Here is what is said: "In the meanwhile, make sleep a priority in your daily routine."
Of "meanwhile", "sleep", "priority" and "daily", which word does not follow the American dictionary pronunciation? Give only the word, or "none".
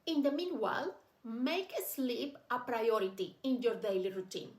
none